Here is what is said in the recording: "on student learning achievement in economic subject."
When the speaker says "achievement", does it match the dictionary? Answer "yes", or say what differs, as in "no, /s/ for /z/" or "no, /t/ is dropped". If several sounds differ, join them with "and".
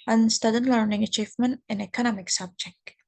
yes